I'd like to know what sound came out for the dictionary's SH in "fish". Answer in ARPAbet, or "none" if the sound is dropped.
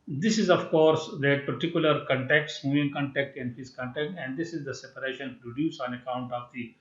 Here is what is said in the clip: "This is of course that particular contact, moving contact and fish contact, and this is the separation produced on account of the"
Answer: S